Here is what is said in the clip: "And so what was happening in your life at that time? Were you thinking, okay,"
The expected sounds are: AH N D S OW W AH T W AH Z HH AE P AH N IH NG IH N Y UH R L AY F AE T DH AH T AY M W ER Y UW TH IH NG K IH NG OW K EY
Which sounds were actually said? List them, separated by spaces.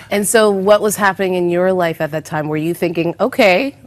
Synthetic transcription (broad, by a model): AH N S OW W AH T W AH Z HH AE P AH N IH NG IH N Y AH R L AY F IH T DH AH T AY M W ER Y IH TH IH NG K IH NG OW K EY